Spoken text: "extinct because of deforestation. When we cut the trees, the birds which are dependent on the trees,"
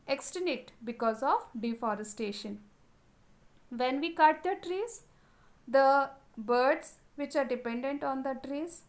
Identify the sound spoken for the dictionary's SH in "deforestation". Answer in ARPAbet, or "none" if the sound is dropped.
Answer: SH